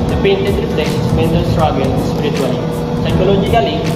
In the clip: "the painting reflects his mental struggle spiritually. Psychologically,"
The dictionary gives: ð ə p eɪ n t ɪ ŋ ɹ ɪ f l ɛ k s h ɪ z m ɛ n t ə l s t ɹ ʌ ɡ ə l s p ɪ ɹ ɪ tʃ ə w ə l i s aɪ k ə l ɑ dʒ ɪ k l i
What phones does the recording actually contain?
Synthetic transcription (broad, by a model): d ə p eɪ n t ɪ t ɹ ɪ p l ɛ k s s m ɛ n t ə s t ɹ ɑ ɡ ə n s p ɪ ɹ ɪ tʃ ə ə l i s aɪ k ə l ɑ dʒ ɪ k l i